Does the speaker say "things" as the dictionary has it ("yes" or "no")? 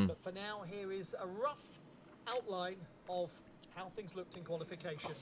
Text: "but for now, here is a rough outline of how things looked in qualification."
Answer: yes